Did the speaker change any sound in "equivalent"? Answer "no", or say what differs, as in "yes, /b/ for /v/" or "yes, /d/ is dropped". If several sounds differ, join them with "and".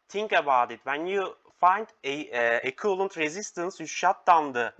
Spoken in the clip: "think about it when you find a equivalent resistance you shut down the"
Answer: yes, /v/ is dropped